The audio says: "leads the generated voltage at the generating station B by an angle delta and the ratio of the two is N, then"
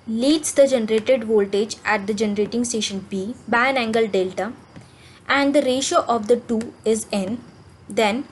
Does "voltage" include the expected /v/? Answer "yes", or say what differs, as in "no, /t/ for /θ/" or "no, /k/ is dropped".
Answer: yes